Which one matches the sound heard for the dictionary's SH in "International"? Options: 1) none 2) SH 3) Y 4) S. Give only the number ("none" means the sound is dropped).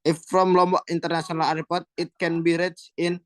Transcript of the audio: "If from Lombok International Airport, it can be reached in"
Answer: 4